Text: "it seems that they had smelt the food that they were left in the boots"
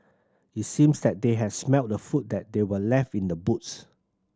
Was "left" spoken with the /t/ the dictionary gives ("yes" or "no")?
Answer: yes